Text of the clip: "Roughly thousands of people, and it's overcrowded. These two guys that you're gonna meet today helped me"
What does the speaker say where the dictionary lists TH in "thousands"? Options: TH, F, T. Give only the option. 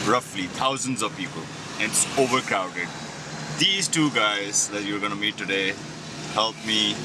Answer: T